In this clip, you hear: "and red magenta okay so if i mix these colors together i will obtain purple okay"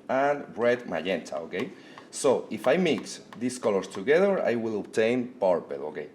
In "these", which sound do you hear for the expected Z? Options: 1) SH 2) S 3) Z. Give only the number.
2